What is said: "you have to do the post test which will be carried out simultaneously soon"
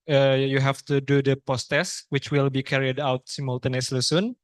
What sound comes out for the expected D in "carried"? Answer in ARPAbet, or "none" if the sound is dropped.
D